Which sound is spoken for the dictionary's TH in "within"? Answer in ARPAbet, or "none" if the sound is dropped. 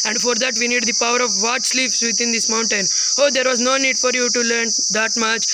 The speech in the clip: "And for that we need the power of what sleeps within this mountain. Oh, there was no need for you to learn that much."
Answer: T